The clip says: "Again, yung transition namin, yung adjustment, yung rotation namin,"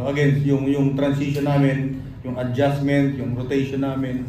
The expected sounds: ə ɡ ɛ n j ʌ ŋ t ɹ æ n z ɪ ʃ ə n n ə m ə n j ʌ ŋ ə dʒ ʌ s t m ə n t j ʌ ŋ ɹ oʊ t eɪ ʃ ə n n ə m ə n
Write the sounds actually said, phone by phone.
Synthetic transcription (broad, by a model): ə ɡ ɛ n j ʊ ŋ t ɹ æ n s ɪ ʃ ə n n ə m ə n j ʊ ŋ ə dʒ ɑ s m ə n t j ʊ ŋ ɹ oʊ t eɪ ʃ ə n n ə m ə n